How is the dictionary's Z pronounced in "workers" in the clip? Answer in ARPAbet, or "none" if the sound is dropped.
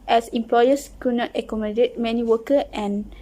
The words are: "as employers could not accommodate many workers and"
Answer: none